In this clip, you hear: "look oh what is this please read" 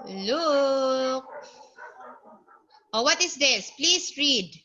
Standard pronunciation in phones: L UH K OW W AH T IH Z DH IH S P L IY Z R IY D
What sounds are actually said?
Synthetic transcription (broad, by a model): L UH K OW W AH T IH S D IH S P L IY S R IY D